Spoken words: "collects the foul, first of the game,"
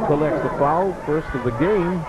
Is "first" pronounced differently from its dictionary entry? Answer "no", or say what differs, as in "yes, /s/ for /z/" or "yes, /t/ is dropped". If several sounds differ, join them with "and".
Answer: no